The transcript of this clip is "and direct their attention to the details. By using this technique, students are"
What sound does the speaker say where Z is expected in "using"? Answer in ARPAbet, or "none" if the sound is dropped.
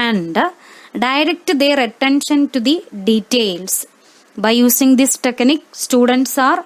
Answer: S